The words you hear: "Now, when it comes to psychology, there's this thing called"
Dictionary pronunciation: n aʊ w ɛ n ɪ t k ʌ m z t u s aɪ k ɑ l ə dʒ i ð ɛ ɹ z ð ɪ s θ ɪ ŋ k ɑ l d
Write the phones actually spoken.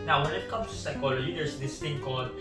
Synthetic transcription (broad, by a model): n aʊ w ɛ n ɪ t k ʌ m t u s aɪ k ɑ l ə dʒ i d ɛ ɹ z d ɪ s t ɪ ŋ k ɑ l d